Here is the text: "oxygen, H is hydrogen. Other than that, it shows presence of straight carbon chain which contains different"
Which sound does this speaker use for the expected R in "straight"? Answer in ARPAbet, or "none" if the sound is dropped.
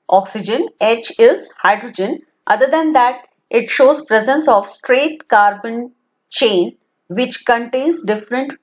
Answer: R